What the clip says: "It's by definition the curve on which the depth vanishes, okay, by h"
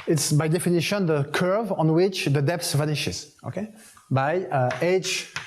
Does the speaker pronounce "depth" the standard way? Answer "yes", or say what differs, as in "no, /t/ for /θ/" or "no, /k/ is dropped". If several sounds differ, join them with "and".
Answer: no, /s/ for /θ/